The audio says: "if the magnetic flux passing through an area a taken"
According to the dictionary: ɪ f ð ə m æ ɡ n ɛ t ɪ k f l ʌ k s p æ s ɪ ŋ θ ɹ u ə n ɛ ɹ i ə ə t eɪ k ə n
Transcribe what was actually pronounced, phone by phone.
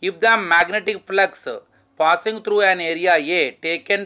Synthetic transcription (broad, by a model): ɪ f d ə m æ ɡ n ɛ t ɪ k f l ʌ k s p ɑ s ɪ ŋ t ɹ u ə n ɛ ɹ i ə ə t eɪ k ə n